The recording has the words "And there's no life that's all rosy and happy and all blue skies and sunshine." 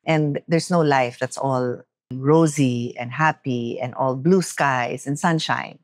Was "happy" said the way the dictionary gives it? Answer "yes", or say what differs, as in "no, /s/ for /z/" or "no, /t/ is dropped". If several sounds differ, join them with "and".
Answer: yes